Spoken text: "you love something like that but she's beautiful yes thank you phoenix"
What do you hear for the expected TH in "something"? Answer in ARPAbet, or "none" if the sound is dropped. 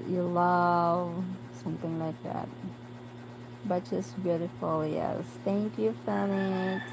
TH